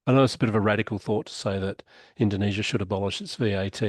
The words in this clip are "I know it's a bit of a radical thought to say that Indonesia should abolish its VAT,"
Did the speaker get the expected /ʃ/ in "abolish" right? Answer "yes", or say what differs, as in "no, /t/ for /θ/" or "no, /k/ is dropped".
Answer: yes